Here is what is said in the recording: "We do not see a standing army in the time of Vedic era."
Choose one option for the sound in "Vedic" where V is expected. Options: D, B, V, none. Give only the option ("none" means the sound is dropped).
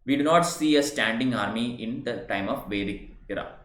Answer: V